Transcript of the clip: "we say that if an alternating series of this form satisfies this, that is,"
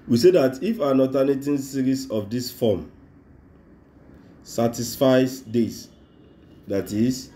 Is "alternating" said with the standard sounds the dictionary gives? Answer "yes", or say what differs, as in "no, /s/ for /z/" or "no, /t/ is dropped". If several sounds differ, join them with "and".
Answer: no, /l/ is dropped